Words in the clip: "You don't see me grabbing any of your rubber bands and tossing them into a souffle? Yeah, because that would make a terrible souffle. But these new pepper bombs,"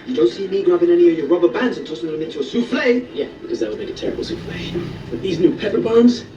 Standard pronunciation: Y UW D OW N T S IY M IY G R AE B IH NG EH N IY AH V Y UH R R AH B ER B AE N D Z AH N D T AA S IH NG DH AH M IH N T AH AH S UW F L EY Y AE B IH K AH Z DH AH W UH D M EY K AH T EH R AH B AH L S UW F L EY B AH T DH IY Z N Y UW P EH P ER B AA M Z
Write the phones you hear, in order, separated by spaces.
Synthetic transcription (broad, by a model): Y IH D OW N T S IY M IY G R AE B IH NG EH N IY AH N Y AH R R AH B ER B AE N D Z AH N T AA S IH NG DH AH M IH N T AH AH S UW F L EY Y AE B IH K AH Z DH AH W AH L M EY K AH T EH R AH B L S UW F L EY B AH T DH IY Z N Y UW P EH P ER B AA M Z